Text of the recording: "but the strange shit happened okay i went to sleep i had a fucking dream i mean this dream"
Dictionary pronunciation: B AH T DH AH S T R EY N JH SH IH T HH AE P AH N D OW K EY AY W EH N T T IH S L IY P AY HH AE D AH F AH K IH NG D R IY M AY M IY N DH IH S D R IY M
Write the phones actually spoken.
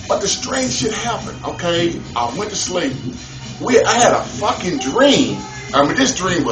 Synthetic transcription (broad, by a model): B AH T DH AH S T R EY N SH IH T HH AE P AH N OW K EY AY W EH N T T IH S L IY P AY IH D AH F AH K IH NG D R IY M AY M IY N DH IH S D R IY M